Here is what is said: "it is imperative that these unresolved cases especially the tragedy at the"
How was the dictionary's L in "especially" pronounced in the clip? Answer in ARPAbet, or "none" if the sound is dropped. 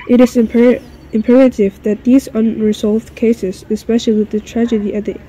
W